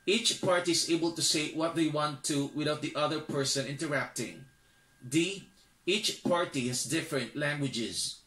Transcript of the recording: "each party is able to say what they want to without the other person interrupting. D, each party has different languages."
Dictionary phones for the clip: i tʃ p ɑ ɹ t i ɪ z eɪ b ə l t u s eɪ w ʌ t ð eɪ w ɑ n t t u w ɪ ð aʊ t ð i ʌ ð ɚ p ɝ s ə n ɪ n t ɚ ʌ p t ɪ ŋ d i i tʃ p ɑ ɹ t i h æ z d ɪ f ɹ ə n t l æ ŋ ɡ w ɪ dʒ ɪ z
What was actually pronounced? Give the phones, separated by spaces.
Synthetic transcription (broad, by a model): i tʃ p ɑ ɹ t i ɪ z eɪ b ə l t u s eɪ w ʌ t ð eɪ w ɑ n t t u w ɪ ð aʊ t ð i ʌ ð ɚ p ɝ s ə n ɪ n t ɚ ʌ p t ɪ ŋ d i i tʃ p ɑ ɹ t i h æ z d ɪ f ɹ ə n t l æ ŋ ɡ w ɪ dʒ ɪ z